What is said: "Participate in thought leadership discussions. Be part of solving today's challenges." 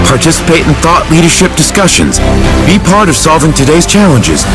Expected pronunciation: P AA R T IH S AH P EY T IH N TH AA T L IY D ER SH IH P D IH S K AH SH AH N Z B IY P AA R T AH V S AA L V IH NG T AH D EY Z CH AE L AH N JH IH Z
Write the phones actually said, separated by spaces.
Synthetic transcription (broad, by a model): P AA R T IH S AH P EY T N TH AA T L IY D ER SH IH P D IH S K AH SH AH N Z B IY P AA R T AH V S AA L V IH NG T AH D EY Z CH AE L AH N JH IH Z